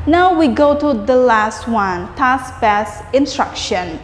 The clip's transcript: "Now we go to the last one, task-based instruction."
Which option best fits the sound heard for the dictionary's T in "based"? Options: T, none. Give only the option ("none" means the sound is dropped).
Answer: none